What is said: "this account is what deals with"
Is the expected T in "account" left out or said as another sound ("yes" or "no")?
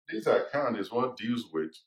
yes